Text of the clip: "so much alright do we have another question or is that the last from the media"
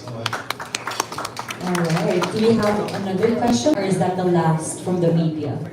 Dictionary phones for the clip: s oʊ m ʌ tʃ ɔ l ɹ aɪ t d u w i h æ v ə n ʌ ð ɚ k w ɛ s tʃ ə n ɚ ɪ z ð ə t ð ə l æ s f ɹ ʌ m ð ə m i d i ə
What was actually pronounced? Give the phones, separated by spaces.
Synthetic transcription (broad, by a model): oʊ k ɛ ɪ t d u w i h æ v ə n ʌ ð ɚ k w ɛ s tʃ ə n ɚ ɪ z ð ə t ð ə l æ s f ɹ ʌ m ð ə m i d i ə